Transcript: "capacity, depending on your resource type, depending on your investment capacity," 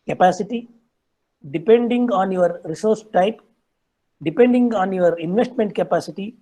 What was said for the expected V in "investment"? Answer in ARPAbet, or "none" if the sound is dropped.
V